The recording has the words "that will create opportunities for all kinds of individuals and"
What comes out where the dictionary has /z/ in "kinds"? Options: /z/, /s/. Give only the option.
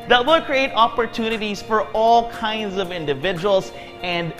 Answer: /z/